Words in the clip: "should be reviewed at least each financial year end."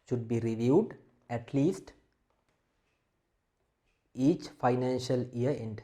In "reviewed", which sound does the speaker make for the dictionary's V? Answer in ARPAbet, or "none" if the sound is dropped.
V